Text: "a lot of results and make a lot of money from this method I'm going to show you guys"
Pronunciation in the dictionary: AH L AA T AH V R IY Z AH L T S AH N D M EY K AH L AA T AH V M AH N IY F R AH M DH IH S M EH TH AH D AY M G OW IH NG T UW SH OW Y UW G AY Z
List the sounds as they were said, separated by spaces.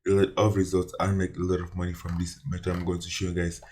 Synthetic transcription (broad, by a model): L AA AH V R IY Z AH L T S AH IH M EY K AH L AA T AH V M AH N IY F R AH M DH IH S M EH T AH AY M G OW IH NG T UW SH OW Y UW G AY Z